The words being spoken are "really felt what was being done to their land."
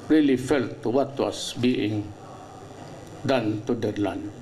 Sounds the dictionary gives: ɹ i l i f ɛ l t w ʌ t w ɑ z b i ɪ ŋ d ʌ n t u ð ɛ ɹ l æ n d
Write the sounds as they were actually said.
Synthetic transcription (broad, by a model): ɹ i l i f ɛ l t w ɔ t w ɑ s b i ɪ ŋ d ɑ n t u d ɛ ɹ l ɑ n